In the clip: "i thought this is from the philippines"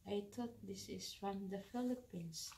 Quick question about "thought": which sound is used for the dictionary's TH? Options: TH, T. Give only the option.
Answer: T